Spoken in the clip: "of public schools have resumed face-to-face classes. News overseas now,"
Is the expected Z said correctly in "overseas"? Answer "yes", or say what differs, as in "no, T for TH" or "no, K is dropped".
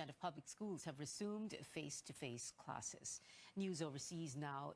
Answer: yes